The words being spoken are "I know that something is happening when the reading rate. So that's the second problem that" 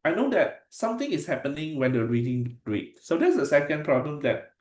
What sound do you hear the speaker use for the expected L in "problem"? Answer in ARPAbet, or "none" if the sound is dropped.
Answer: L